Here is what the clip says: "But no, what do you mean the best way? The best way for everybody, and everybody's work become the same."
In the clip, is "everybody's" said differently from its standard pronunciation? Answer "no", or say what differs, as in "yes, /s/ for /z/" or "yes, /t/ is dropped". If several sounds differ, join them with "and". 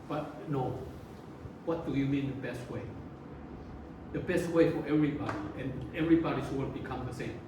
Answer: yes, /s/ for /z/